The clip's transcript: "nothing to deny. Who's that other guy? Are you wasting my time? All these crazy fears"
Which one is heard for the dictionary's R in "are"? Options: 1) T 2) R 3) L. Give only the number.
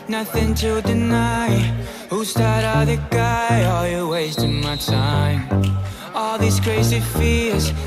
3